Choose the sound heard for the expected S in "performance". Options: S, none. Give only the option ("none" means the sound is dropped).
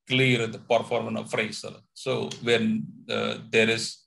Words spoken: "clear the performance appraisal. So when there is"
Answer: none